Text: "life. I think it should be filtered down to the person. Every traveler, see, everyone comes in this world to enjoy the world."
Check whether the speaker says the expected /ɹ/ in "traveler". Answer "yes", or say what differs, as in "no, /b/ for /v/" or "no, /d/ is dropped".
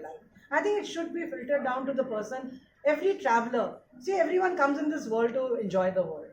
yes